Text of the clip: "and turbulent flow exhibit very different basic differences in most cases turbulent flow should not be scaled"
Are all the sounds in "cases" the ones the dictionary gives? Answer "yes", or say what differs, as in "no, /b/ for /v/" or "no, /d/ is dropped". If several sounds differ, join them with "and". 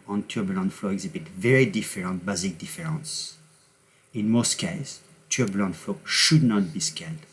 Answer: no, /s/ is dropped